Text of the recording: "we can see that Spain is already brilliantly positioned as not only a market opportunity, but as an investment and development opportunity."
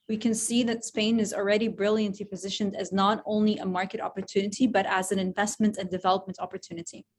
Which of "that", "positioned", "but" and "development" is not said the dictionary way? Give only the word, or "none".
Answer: none